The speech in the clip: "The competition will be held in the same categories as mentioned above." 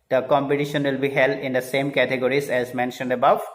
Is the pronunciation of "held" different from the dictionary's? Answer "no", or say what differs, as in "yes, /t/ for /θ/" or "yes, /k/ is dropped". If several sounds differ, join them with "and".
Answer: no